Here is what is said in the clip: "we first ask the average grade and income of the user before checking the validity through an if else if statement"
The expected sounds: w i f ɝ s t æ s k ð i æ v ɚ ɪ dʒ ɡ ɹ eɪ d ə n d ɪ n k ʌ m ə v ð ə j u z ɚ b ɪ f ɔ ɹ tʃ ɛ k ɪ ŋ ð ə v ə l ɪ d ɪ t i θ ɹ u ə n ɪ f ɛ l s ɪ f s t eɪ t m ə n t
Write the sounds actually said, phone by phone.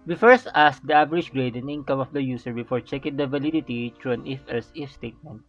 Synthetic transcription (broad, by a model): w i f ɝ s t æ s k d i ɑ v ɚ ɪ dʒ ɡ ɹ eɪ d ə n ɪ n k ʌ m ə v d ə j u s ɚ b ɪ f ɔ ɹ tʃ ɛ k ɪ ŋ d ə v ə l ɪ d ɪ t i t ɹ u ə n ɪ f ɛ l s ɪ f s t eɪ t m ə n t